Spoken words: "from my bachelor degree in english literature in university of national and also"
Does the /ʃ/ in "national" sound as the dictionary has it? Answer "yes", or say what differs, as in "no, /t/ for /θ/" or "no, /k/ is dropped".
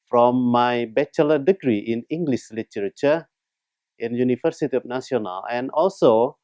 no, /s/ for /ʃ/